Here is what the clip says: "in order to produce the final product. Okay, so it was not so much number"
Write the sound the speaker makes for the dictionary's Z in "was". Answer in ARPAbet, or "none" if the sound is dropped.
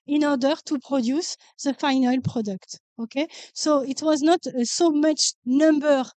Z